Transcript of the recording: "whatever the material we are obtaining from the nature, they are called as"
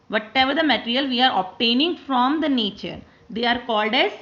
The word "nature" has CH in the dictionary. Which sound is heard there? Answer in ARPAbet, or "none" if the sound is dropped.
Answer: CH